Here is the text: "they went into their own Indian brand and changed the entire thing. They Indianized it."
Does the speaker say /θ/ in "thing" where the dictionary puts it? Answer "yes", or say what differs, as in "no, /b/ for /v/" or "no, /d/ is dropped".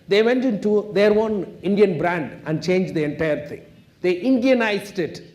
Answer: no, /t/ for /θ/